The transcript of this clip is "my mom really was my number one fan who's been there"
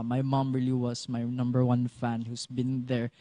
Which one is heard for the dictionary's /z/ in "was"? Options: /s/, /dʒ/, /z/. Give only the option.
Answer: /s/